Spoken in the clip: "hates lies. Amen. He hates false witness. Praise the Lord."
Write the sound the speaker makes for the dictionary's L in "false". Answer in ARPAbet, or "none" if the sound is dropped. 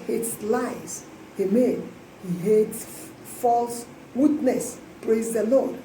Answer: L